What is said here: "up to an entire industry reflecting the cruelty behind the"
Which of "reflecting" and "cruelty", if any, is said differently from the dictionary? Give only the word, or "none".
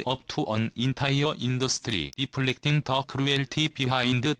reflecting